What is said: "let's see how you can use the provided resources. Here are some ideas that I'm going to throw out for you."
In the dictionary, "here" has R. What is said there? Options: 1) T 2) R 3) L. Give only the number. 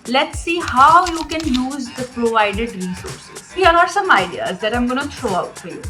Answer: 3